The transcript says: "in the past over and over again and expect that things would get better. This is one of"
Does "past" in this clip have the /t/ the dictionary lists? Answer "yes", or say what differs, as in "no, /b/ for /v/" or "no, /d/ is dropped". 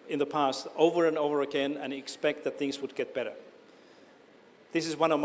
yes